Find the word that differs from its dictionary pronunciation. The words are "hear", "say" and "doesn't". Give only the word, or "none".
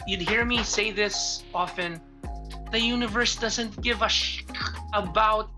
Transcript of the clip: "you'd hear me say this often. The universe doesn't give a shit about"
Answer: none